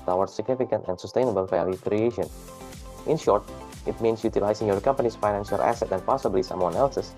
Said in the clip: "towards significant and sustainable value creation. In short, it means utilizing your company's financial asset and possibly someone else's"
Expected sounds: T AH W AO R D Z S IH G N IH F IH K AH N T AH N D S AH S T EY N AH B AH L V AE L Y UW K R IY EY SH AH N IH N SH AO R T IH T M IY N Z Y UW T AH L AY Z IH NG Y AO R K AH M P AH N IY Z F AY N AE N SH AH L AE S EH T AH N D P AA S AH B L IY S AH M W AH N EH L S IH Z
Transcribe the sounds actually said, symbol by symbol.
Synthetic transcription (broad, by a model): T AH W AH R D S IH G N IH F IH K AH N T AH N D S AH S T EY N AH B AH L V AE L Y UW K R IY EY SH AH N IH N SH AO R T IH T M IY N S Y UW T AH L AY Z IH NG Y AO R K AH M P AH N IY S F AY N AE N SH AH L AE S EH T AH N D P AA S AH B L IY S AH M W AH N EH L S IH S